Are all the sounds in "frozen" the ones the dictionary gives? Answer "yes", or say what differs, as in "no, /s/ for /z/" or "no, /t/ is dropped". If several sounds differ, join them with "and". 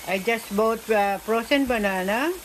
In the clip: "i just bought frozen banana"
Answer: no, /p/ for /f/ and /s/ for /z/